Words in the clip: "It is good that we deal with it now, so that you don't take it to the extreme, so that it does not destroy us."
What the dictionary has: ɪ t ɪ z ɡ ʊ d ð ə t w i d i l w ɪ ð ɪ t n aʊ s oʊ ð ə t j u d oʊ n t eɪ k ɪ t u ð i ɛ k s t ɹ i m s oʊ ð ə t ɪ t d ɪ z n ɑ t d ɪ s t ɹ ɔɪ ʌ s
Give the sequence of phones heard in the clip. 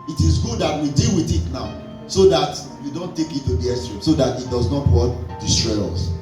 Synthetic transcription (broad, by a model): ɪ t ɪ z ɡ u d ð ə t w i d i l w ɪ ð ɪ t n aʊ s oʊ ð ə t j u d oʊ n t eɪ k ɪ t u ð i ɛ s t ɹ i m s oʊ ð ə t ɪ t d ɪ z n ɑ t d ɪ s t ɹ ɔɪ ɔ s